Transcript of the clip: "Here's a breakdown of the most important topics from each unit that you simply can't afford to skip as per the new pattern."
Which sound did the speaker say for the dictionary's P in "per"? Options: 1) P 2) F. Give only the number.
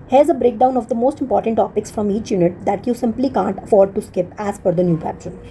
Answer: 2